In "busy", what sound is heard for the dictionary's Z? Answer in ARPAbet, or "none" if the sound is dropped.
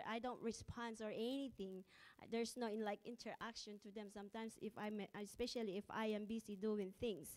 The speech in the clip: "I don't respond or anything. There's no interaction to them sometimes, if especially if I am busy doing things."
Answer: S